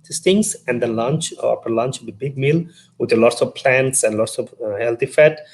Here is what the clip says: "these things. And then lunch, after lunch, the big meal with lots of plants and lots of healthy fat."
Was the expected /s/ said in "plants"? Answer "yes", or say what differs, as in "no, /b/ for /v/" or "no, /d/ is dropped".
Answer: yes